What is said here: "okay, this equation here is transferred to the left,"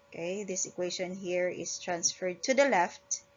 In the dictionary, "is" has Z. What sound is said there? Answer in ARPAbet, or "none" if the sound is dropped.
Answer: S